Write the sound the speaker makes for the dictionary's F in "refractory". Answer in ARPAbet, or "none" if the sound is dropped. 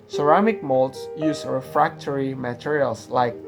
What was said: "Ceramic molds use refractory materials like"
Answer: F